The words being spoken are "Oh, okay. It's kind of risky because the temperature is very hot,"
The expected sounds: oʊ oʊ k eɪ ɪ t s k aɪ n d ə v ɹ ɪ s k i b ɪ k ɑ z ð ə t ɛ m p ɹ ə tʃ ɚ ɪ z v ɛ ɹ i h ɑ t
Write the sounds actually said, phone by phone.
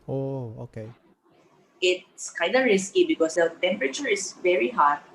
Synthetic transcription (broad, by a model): oʊ oʊ k eɪ ɪ t s k aɪ n d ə ɹ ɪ s k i b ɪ k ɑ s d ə t ɛ m p ɹ ə tʃ ɚ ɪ s v ɛ ɹ i h ɑ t